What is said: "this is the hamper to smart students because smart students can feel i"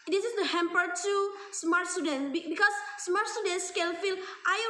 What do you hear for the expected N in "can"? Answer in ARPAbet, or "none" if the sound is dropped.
L